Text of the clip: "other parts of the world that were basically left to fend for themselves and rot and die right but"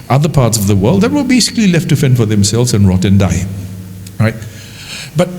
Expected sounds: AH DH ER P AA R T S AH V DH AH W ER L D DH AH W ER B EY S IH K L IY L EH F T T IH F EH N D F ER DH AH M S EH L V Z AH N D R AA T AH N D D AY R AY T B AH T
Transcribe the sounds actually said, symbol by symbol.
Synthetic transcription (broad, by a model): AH DH ER P AA R T S AH V DH AH W ER L D DH AH W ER B EY S IH K L IY L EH F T T IH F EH N F ER DH AH M S EH L V Z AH N R AA T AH N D D AY R AY T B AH T